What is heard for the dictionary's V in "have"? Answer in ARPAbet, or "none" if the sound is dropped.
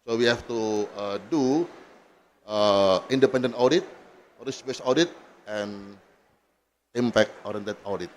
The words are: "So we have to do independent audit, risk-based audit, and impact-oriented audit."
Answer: F